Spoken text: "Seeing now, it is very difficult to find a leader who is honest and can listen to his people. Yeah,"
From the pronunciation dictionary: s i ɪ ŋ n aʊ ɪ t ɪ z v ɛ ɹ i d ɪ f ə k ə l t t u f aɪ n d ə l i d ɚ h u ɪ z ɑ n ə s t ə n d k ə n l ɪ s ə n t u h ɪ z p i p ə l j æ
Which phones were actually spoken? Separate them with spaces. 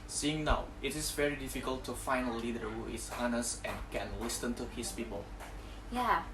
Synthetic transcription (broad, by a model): s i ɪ ŋ n aʊ ɪ t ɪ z v ɛ ɹ i d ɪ f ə k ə l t t u f aɪ n ə l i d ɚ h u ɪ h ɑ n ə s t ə n k ə n l ɪ s ə n t u h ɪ s p i p ə l j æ